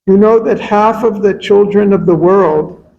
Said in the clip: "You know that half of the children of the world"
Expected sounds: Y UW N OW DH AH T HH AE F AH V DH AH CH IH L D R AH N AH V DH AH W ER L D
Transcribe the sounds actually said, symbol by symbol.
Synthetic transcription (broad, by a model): Y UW N OW DH AH T HH AE F AH V DH AH CH IH L D R AH N AH V DH AH W ER L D